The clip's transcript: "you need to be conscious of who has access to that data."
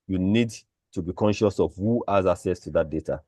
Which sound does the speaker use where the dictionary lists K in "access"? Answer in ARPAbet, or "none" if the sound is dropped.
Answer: none